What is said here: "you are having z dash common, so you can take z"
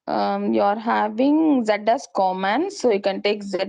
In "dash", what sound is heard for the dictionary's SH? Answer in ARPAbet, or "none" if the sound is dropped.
S